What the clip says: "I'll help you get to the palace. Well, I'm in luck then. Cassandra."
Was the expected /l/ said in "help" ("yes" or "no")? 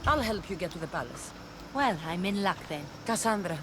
yes